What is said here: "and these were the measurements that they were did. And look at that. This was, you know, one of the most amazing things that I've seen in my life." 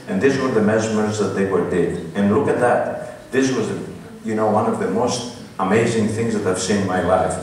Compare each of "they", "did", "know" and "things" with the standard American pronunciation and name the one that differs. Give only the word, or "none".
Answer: none